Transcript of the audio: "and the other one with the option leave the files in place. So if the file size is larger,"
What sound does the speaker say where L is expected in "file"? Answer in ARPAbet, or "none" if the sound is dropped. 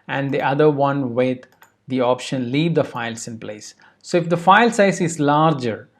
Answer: L